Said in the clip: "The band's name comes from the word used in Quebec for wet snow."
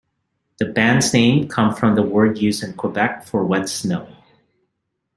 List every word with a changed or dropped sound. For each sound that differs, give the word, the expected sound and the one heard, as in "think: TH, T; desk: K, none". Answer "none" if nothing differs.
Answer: comes: Z, none; used: D, none